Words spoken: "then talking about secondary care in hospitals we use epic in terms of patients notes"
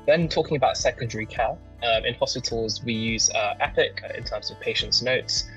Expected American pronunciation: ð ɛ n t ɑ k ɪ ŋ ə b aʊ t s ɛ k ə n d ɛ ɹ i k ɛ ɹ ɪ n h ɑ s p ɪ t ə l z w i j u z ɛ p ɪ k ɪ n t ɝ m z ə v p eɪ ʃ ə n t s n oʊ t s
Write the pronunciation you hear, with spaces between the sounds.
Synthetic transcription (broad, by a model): ð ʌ n t ɑ k ɪ ŋ ə b aʊ t s ɛ k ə n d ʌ ɹ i k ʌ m ɪ n h ɑ s p ɪ t ə l z w i j u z ɛ p ɪ k ɪ n t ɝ m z ə v p eɪ ʃ ə n t s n oʊ t s